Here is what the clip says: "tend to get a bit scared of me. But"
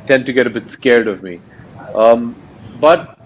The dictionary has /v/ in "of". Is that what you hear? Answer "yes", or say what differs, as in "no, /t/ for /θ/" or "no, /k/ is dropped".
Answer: yes